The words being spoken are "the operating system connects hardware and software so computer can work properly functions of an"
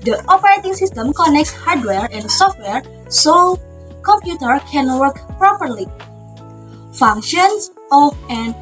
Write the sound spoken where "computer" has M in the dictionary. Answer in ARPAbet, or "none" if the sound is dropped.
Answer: M